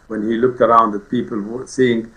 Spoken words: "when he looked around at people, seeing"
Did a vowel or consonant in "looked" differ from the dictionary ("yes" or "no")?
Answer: no